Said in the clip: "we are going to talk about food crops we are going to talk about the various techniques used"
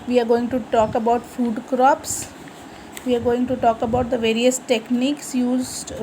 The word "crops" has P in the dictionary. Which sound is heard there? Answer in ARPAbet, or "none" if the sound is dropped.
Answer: P